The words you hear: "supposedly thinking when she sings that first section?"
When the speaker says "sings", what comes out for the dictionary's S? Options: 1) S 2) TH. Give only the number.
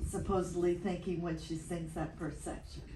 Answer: 2